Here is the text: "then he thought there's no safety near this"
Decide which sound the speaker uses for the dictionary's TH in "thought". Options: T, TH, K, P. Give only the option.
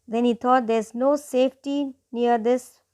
T